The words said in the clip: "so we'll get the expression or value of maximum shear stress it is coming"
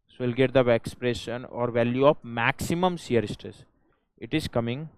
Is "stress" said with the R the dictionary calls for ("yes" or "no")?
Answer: no